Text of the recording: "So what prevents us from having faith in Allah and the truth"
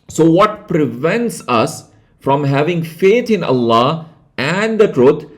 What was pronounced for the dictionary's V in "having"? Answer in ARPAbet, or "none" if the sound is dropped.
V